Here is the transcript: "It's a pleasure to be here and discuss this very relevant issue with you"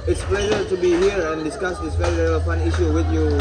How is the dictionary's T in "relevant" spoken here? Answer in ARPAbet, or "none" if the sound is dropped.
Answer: none